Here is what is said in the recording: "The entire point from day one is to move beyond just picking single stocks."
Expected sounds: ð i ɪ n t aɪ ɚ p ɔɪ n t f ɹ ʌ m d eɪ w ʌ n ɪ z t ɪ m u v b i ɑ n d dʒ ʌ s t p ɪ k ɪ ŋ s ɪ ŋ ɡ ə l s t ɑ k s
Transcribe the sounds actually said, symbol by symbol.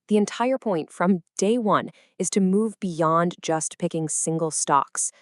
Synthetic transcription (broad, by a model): ð i ɪ n t aɪ ɚ p ɔɪ n t f ɹ ʌ m d eɪ w ʌ n ɪ z t ɪ m u v b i ɑ n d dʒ ʌ s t p ɪ k ɪ ŋ s ɪ ŋ ɡ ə l s t ɑ k s